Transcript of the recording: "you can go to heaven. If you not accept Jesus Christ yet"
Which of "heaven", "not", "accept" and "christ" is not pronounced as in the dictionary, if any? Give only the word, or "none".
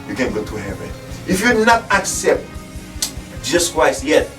christ